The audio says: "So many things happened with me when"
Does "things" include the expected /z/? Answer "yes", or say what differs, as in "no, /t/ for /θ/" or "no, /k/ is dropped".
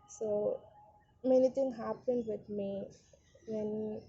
no, /z/ is dropped